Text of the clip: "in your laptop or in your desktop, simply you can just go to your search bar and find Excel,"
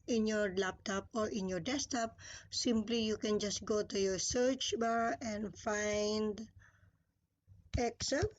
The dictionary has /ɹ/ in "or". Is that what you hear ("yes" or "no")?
yes